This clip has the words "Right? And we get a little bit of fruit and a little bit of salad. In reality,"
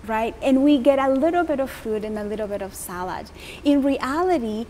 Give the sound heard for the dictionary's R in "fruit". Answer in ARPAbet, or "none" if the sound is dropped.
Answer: none